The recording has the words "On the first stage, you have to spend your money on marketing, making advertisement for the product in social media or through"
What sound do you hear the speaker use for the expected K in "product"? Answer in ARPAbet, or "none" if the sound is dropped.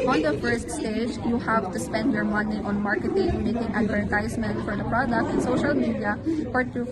K